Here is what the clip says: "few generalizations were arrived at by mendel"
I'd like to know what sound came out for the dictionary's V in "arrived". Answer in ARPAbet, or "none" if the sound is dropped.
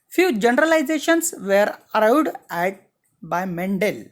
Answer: W